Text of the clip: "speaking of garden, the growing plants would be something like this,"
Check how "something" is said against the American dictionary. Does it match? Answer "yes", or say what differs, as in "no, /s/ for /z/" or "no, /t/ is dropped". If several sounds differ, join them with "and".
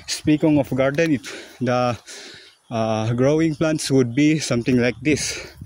no, /t/ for /θ/